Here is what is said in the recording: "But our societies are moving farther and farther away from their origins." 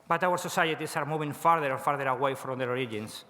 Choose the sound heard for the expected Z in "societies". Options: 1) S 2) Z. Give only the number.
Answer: 1